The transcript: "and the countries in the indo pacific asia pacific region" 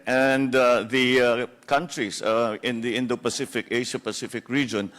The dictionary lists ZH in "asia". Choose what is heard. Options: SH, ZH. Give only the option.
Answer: SH